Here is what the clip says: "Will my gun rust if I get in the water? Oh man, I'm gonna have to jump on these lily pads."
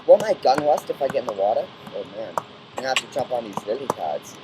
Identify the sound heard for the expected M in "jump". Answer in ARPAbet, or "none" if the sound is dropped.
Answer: none